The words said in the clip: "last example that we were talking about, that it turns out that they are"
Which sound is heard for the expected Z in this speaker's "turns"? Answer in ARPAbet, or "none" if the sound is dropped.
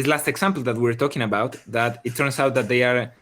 S